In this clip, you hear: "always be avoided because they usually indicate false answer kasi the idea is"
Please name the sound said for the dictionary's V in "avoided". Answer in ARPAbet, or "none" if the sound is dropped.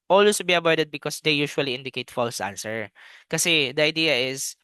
B